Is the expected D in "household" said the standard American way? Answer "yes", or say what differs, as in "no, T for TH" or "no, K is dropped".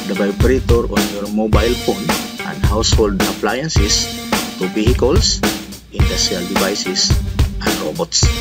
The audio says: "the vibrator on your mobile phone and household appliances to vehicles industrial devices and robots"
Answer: yes